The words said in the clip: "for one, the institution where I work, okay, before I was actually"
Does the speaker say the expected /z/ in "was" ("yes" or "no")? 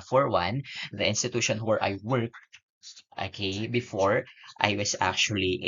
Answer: no